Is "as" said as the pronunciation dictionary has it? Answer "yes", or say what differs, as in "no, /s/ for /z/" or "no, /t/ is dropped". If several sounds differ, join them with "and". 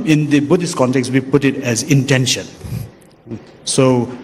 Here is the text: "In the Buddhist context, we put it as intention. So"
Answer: yes